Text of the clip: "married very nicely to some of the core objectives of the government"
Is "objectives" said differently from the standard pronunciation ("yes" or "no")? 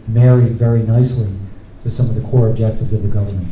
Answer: no